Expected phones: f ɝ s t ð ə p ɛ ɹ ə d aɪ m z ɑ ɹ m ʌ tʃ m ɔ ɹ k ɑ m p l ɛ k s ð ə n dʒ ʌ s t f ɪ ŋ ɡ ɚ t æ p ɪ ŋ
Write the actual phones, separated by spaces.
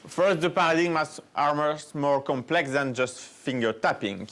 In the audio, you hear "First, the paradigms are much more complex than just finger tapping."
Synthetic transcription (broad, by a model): f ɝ s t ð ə p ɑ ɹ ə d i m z ɑ ɹ m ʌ s m ɔ ɹ k ɑ m p l ɛ k s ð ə n dʒ ʌ s t f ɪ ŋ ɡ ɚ t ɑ p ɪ ŋ